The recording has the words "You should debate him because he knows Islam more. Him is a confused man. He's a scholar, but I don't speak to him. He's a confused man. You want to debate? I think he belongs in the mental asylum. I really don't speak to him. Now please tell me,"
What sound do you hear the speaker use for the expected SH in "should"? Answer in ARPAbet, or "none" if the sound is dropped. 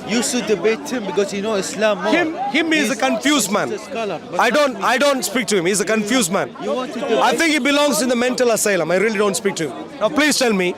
S